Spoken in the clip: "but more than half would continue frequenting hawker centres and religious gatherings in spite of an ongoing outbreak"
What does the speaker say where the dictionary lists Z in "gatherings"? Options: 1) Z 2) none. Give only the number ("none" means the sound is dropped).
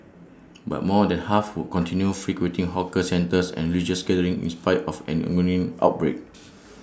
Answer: 2